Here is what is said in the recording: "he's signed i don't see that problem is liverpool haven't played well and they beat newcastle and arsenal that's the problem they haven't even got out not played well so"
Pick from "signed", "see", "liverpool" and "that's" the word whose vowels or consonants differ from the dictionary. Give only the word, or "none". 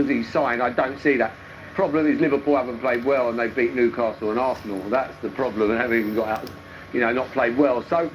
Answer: signed